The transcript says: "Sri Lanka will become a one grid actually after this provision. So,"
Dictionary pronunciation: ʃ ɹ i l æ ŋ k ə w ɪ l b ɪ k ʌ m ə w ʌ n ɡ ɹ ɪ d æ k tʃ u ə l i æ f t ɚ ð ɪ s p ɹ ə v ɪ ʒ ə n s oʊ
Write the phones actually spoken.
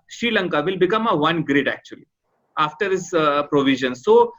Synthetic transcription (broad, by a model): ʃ ɹ i l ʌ ŋ k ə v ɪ l b ɪ k ʌ m ə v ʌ n ɡ ɹ ɪ d æ k tʃ u ə l i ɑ f t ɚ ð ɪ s p ɹ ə v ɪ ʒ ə n s oʊ